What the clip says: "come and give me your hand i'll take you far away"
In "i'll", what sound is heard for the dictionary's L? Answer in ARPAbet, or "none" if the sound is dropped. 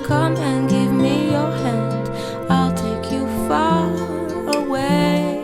L